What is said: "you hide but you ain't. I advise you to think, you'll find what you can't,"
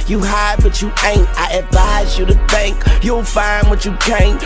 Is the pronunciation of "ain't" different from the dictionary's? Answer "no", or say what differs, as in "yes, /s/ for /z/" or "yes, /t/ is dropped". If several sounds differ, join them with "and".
no